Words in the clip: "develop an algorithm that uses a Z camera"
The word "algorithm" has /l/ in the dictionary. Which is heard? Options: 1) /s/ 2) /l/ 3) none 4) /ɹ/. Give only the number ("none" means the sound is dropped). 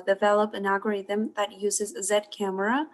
3